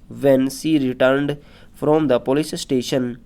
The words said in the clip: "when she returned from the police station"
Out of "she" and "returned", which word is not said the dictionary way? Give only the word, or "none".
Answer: she